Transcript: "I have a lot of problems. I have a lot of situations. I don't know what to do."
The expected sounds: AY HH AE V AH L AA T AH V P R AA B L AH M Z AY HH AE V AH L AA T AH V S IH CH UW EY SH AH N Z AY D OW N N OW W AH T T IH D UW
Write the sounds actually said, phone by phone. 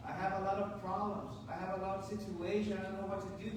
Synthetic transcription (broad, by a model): AY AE V AH L AA T AH V P R AA B L AH M Z AY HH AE V AH L AA T AH V S IH CH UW EY SH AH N AY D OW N N OW W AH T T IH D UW